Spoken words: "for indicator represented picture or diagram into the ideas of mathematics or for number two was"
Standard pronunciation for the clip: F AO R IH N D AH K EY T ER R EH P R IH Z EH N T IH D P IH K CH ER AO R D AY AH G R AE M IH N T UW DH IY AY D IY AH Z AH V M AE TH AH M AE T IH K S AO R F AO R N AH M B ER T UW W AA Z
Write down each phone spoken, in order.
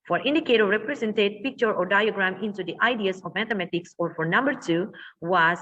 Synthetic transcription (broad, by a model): F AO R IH N D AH K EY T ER R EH P R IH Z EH N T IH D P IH K CH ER AO R D AY AH G R AE M IH N T UW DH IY AY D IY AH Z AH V M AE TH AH M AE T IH K S AO R F AO R N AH M B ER T UW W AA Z